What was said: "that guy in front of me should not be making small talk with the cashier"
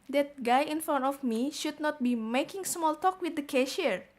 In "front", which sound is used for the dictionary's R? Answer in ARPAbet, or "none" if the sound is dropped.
none